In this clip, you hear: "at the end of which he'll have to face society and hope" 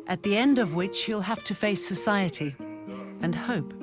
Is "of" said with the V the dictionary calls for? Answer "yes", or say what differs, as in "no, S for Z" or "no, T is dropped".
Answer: yes